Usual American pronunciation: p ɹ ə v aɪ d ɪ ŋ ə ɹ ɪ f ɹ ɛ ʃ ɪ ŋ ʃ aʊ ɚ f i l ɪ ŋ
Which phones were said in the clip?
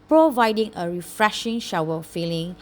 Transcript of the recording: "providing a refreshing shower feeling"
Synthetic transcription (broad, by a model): p ɹ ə v aɪ d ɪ ŋ ə ɹ ɪ f ɹ ɛ ʃ ɪ ŋ ʃ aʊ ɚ f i l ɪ ŋ